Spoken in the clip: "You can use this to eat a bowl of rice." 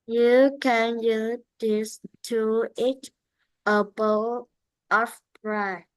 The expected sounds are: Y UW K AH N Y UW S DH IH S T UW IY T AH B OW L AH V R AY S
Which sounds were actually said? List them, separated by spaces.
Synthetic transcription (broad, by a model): Y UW K AH N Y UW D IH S T UW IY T AH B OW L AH P R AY